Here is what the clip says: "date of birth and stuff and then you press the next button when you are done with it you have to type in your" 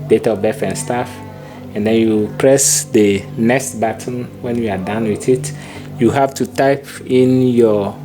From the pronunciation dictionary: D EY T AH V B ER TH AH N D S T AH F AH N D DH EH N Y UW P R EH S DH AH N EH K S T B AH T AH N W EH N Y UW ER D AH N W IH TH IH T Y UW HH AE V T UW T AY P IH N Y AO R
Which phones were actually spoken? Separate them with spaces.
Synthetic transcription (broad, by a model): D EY T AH B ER F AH N S T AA F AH N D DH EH N Y UW P R EH S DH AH N EH K S T B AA T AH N W EH N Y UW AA D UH N W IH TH IH T Y UW HH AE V T UW T AY P IH N Y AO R